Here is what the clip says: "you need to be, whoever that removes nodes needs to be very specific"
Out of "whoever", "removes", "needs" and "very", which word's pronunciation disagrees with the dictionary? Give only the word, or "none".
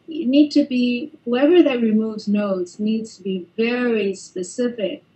none